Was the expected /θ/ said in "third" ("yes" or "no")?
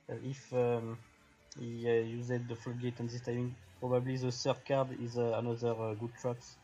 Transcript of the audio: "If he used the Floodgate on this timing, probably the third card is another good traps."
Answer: no